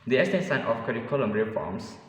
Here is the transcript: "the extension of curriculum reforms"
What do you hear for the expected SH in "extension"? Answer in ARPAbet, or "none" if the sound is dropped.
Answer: S